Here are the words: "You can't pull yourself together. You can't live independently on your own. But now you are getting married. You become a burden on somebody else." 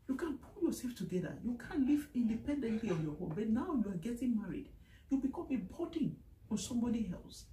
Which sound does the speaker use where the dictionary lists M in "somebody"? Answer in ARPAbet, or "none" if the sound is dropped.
M